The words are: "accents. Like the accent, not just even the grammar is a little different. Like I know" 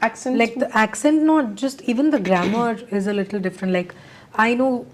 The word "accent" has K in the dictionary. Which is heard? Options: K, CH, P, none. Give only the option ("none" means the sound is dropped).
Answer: K